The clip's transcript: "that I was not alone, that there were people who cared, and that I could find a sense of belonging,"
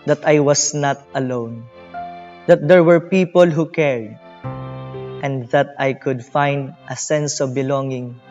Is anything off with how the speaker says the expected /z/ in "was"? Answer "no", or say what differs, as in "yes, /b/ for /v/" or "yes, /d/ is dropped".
yes, /s/ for /z/